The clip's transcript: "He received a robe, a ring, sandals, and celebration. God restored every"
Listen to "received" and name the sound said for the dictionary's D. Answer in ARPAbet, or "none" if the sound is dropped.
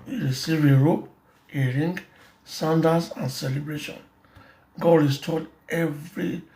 none